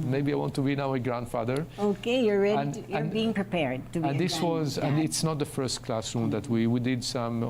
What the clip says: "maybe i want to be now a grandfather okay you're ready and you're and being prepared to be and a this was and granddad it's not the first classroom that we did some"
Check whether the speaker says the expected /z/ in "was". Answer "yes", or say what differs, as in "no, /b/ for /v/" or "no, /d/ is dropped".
yes